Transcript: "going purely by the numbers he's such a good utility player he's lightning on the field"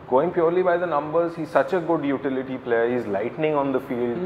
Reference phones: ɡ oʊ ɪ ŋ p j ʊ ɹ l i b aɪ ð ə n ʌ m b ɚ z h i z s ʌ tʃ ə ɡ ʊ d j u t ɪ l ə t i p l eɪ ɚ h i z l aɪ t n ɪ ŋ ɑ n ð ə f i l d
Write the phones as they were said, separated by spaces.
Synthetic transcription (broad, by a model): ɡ oʊ ɪ ŋ p j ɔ ɹ l i b aɪ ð ə n ʌ m b ɚ z h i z s ʌ tʃ ə ɡ ʊ d j u t ɪ l ə t i p l eɪ ɚ h i z l aɪ t n ɪ ŋ ɑ n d ə f i l d